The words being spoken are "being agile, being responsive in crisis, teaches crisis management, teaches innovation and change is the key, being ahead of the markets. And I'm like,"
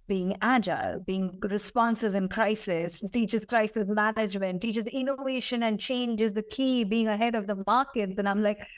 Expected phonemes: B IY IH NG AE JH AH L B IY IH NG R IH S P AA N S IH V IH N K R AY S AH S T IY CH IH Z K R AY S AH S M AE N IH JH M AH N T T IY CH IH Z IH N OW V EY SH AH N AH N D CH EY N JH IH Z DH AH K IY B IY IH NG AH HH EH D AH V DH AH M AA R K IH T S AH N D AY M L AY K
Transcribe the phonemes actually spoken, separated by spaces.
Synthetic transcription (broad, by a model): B IY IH NG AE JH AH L B IY IH NG R IH S P AA N S IH V IH N K R AY S AH S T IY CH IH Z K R AY S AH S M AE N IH JH M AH N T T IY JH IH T IH N OW V EY SH AH N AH N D CH EY N JH IH Z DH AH K IY B IY IH NG AH HH EH D AH V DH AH M AA R K IH T S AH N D AY M L AY K